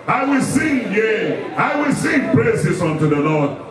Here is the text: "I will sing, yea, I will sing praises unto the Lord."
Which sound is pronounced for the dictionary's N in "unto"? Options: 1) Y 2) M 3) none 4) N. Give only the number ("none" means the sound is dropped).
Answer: 4